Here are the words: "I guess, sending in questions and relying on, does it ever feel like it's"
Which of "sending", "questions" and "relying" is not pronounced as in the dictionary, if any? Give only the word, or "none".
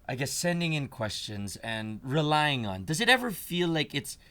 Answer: none